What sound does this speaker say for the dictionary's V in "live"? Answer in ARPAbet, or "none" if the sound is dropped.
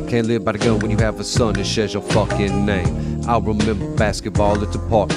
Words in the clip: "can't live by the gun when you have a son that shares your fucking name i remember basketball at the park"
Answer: V